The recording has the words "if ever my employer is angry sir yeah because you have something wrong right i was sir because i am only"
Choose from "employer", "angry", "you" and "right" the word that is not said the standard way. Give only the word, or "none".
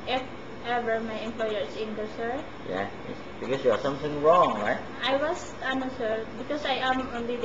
angry